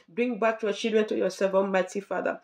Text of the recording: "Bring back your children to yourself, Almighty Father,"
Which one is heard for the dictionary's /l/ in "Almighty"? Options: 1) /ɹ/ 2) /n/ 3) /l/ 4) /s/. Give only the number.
2